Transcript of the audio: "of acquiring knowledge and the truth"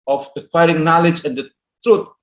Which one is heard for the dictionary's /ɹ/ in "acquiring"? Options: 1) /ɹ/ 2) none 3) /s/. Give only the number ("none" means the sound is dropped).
1